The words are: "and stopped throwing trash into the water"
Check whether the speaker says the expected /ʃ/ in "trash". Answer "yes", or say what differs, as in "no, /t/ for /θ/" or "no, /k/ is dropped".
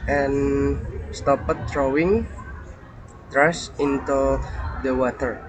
no, /s/ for /ʃ/